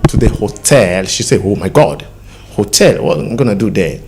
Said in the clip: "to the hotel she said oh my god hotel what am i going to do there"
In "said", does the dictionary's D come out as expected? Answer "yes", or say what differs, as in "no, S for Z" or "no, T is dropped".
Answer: no, D is dropped